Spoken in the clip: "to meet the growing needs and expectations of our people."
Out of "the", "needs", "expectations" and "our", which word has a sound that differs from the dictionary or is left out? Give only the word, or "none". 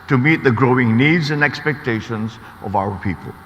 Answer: none